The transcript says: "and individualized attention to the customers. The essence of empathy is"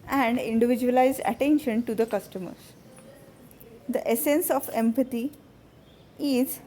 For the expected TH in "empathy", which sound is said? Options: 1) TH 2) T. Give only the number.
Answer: 2